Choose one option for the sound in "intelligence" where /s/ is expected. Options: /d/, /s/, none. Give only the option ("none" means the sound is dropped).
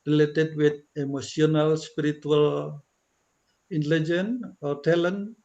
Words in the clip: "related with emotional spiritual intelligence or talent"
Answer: none